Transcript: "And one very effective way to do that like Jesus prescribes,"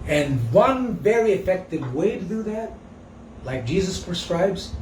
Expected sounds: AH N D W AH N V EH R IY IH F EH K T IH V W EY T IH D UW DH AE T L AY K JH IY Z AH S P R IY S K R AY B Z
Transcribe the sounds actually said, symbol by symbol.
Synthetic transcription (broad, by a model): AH N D W AH N V EH R IY IH F EH K T IH V W EY T IH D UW DH AE T L AY K JH IY Z AH S P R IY S K R AY B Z